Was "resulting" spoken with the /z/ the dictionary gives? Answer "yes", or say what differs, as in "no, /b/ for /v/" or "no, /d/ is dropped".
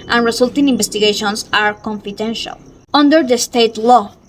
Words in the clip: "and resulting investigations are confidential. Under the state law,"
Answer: no, /s/ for /z/